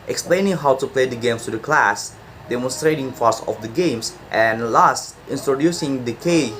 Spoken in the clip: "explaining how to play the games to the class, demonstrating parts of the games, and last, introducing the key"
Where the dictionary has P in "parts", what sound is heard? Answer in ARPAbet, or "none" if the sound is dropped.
F